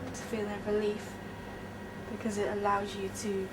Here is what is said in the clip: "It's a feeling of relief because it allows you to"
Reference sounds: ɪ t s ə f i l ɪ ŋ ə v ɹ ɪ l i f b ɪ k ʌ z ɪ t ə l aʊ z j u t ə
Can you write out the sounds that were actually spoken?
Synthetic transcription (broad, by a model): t ə f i l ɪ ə ɹ ɪ l i f b ɪ k ʌ z ɪ t ə l aʊ z j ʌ t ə